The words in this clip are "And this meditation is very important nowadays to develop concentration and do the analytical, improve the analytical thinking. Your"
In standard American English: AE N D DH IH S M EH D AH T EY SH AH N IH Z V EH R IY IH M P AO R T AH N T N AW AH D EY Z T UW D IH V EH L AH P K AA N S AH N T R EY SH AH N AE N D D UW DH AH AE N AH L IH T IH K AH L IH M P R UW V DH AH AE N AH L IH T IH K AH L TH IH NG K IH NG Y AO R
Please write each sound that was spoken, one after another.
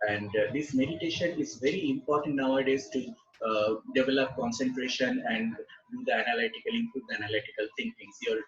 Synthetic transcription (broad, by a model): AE N D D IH S M EH D AH T EY SH AH N IH Z V EH R IY IH M P AO R T AH N T N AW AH D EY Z T UW D IH V EH L AH P K AA N S AH N T R EY SH AH N AE N D D UW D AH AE N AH L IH T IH K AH L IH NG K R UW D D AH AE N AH L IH T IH K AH L T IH NG K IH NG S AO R